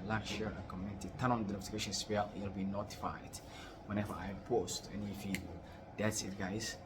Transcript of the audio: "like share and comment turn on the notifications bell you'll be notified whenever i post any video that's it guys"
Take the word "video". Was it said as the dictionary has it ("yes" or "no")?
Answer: no